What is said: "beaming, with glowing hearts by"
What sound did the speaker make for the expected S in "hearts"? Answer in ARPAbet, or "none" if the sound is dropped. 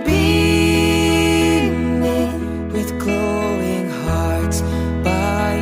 none